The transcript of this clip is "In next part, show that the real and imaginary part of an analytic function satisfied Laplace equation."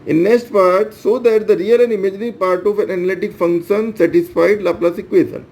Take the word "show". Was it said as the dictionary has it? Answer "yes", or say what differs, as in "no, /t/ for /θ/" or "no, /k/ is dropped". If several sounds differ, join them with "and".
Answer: no, /s/ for /ʃ/